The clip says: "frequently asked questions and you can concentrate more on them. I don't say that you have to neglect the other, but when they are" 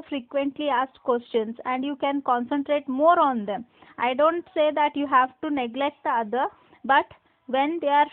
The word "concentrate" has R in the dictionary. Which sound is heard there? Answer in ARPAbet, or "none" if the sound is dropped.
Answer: R